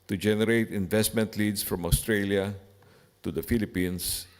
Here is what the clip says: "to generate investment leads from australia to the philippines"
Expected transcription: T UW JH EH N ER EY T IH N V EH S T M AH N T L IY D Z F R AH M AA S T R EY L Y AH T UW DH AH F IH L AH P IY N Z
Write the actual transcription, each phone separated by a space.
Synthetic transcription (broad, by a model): T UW JH EH N ER EY T IH N V EH S T M AH N T L IY D S F R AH M AA S T R EY L Y AH T UW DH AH F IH L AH P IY N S